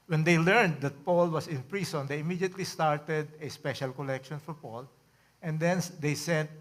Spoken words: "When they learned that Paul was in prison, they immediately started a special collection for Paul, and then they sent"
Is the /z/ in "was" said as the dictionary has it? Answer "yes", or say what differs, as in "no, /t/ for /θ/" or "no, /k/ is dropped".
no, /s/ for /z/